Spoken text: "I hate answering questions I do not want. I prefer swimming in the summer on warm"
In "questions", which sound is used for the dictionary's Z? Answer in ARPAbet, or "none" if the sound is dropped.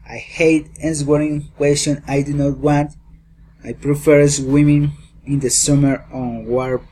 none